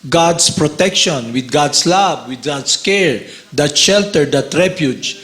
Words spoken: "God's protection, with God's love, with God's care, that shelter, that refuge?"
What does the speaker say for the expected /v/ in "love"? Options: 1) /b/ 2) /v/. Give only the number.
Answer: 1